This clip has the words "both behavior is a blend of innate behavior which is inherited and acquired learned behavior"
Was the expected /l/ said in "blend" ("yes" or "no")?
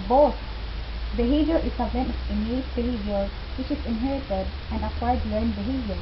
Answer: no